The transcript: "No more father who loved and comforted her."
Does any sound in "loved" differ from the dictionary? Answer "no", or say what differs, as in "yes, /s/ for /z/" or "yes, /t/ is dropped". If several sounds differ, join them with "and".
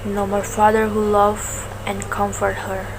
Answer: yes, /d/ is dropped